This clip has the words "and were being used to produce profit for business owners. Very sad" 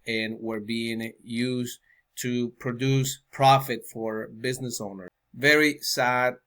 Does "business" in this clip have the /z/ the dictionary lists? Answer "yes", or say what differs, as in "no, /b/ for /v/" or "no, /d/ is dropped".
yes